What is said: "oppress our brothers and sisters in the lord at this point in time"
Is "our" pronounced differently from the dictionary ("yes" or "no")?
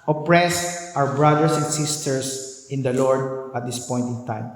yes